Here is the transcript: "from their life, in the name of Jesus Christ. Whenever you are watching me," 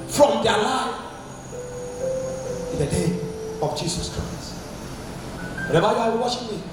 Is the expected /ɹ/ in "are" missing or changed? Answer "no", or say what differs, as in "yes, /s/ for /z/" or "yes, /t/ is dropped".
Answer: yes, /w/ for /ɹ/